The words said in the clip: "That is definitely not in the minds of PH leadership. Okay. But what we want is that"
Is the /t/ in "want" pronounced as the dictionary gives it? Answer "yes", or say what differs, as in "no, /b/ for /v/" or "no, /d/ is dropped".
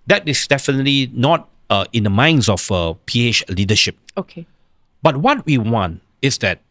yes